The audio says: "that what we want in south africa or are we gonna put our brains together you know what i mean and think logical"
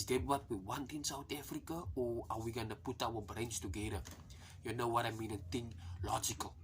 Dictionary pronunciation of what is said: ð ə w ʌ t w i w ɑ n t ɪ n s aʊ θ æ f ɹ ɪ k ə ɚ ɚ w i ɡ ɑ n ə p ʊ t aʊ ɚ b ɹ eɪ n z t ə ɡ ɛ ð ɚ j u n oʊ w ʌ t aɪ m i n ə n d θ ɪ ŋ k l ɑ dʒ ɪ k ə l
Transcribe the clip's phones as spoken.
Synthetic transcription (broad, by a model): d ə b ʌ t w i w ɑ n t ɪ n s aʊ t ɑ f ɹ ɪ k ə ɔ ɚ w i ɡ ɑ n ə p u t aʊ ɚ b ɹ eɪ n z t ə ɡ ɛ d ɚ j u n oʊ w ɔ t aɪ m i n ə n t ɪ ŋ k l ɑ dʒ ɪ k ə l